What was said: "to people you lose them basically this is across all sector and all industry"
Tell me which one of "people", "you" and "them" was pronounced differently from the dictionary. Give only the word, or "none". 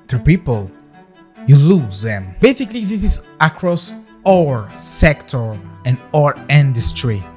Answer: none